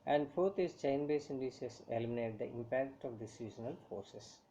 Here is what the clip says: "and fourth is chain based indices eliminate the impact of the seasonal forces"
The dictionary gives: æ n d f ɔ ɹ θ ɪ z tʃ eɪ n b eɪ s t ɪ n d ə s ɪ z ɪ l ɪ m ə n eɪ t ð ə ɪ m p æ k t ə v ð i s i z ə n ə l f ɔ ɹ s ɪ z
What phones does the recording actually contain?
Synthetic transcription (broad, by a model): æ n d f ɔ ɹ t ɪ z tʃ eɪ n b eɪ s ɪ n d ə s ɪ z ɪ l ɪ m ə n eɪ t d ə ɪ m p æ k t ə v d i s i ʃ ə n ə l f ɔ ɹ s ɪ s